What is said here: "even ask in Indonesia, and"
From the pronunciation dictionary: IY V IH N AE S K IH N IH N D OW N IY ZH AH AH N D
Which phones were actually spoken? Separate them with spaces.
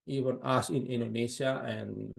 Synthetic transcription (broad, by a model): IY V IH N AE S IH N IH N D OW N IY S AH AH N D